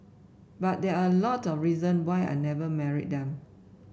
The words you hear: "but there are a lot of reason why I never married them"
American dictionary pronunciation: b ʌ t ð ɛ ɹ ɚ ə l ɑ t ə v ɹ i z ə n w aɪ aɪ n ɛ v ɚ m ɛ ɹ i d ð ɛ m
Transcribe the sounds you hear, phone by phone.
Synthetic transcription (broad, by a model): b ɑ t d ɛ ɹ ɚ ə l ɑ t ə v ɹ i z ə n w aɪ aɪ n ɛ v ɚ m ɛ ɹ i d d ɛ m